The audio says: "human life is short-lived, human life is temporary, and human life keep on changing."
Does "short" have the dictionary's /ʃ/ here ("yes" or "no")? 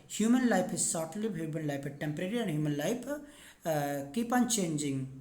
no